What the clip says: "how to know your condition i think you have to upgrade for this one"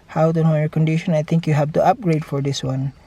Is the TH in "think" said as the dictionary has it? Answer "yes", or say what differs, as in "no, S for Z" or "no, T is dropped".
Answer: no, T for TH